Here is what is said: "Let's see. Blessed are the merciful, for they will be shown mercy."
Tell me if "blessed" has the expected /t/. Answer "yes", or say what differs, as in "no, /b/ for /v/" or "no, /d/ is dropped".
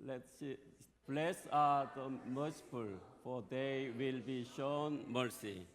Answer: no, /t/ is dropped